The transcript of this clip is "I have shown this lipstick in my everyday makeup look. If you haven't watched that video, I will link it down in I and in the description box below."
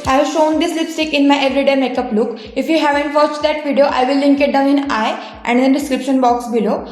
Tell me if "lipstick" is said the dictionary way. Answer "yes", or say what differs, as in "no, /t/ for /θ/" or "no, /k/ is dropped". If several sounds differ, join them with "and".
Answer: yes